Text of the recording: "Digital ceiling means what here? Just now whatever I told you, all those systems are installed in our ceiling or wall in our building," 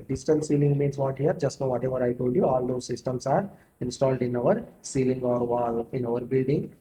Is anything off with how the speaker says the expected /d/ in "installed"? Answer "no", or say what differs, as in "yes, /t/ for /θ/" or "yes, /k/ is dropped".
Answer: no